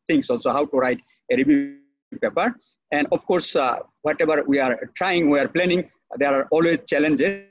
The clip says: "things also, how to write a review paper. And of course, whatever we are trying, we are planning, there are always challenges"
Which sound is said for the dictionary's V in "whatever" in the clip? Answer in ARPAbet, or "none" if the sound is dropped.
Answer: B